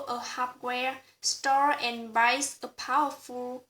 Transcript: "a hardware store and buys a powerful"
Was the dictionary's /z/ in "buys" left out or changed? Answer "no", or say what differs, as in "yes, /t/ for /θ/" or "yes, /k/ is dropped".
yes, /s/ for /z/